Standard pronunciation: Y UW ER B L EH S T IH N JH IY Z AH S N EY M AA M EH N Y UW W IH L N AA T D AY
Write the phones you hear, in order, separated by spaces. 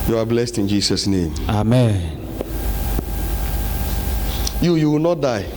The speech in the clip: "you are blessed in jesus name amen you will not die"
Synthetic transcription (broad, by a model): Y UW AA B L EH S T IH N JH IY S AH S N EY M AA M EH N Y UW W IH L N AA T D AY